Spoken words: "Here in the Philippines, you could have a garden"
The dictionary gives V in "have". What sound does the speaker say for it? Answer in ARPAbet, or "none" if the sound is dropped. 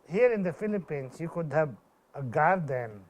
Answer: B